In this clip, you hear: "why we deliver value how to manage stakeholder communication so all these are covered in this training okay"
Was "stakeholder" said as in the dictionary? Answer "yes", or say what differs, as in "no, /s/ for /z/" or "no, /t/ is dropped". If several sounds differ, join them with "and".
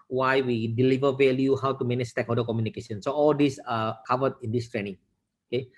no, /l/ is dropped